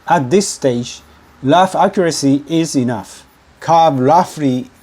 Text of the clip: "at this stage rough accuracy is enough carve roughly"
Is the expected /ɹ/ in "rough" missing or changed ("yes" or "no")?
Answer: yes